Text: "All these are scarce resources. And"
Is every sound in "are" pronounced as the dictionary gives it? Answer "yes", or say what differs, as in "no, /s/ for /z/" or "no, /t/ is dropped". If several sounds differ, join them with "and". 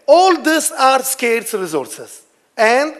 yes